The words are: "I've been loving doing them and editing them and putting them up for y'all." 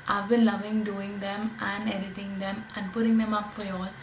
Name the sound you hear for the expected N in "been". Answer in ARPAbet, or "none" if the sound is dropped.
L